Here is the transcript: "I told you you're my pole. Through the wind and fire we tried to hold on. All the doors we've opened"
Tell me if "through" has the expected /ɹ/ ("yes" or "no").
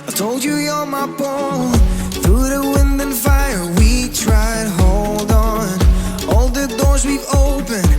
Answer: yes